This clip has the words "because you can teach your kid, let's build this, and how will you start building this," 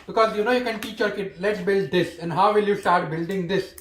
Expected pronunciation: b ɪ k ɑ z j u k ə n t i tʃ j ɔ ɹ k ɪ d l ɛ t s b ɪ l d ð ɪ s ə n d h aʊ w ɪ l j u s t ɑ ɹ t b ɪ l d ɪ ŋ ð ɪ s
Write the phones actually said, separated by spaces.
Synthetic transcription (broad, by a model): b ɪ k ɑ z j u k ə n t i tʃ j ɔ ɹ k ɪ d l ɛ t s b ɪ l d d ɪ s ə n d h aʊ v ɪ l j u s t ɑ ɹ t b ɪ l d ɪ ŋ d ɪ s